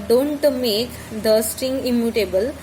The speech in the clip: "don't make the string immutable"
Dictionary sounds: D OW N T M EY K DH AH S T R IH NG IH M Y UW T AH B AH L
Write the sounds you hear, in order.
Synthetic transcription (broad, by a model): D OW N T M EY K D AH S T IH NG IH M Y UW T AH B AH L